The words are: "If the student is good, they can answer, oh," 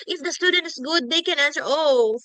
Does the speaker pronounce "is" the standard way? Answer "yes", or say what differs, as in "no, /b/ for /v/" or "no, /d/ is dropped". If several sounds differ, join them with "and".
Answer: no, /s/ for /z/